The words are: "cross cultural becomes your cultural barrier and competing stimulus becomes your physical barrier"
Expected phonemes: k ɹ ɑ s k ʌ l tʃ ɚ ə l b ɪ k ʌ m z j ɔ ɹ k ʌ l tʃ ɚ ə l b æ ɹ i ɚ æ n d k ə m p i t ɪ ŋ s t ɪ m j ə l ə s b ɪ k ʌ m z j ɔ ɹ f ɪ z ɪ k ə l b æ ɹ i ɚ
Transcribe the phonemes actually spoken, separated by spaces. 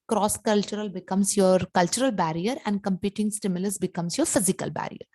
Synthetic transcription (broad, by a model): k ɹ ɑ s k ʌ l tʃ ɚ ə l b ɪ k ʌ m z j ɔ ɹ k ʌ l tʃ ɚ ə l b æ ɹ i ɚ æ n d k ə m p i t ɪ ŋ s t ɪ m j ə l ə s b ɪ k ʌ m s j ɔ ɹ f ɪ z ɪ k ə l b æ ɹ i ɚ